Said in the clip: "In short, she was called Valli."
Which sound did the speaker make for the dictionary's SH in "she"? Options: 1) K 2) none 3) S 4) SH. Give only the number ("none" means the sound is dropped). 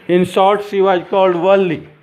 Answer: 3